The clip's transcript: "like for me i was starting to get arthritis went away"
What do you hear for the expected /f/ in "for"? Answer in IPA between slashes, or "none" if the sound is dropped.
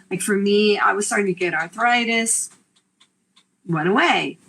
/f/